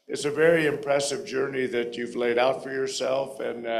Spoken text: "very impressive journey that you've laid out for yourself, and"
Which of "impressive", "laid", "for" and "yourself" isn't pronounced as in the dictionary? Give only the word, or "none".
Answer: none